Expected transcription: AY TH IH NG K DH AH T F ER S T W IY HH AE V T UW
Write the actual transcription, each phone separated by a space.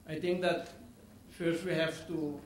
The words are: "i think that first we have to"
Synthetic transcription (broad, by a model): AY T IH NG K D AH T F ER S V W IY HH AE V T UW